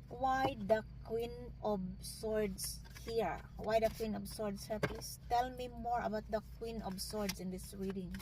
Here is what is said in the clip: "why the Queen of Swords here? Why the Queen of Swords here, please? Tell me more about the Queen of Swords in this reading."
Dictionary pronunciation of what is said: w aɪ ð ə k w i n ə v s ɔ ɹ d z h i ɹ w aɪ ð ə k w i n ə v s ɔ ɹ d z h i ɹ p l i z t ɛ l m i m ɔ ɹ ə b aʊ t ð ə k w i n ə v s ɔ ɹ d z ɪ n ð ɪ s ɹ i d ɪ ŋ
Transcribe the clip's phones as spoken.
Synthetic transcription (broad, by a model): w aɪ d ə k w i n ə b s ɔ ɹ d s h i ɹ w aɪ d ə k w i n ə b s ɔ ɹ d s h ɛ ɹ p i s t ɛ l m i m ɔ ɹ ə b aʊ t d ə k w i n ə b s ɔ ɹ d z ɪ n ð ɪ s ɹ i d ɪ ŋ